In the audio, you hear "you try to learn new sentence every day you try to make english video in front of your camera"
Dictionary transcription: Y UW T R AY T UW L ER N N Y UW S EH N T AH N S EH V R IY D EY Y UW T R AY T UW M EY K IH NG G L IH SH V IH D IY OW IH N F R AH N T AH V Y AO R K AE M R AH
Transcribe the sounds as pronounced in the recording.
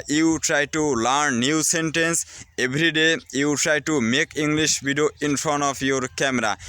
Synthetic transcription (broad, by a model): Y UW T R AY T UW L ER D N Y UW S EH N T AH N S EH B R IY D EY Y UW T R AY T UW M EY K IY NG G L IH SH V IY D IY OW IH N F R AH N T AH P Y AO R K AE M R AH